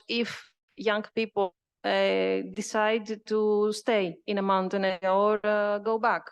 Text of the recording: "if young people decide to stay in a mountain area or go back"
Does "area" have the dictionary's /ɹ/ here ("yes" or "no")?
no